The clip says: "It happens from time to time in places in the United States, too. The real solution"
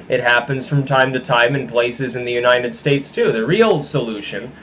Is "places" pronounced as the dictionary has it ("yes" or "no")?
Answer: yes